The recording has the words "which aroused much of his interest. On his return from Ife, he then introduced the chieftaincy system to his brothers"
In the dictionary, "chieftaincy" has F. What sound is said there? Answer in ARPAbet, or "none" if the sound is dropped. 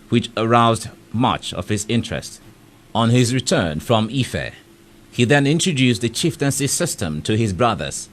F